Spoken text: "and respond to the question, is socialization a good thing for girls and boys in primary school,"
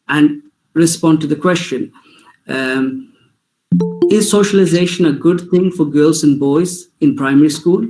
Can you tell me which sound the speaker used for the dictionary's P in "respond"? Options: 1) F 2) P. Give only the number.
2